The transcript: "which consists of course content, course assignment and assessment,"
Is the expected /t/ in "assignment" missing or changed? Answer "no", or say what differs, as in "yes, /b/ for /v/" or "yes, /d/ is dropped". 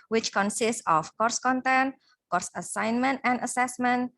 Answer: no